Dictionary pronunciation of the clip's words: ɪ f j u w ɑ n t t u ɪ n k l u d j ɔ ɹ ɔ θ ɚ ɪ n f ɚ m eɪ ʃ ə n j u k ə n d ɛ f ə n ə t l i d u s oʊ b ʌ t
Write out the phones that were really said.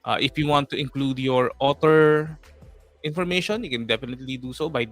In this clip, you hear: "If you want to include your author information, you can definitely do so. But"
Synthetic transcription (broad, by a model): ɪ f j u w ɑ n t t u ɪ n k l u d j ɔ ɹ ɔ t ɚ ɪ n f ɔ m eɪ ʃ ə n j u k ə n d ɛ f ə n ə t l i d u s oʊ b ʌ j